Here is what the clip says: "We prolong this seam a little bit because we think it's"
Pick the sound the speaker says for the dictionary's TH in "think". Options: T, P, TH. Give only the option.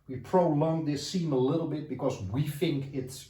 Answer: TH